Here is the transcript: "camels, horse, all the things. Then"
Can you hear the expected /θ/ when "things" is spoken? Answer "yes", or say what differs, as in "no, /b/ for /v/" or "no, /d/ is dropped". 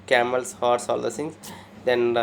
no, /s/ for /θ/